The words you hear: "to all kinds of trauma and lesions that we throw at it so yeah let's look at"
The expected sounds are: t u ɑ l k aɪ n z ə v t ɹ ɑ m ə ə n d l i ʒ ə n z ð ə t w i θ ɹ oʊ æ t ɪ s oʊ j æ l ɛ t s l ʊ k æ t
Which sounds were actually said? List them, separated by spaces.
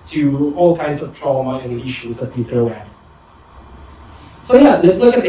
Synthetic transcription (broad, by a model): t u ɑ l k aɪ n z ə v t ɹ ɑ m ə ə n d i ʃ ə z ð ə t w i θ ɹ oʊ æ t s oʊ j æ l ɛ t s l ʊ k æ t